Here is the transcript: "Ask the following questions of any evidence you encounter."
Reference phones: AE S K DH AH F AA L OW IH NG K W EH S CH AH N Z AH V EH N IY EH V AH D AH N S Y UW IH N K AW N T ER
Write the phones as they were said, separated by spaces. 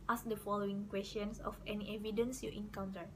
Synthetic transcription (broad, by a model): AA S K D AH F AA L OW IH NG K W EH S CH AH N S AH F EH N IY EH V AH D AH N S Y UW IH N K AW N T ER